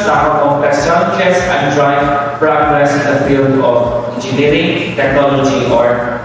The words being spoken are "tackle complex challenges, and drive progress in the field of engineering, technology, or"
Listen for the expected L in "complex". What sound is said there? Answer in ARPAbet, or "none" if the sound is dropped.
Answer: none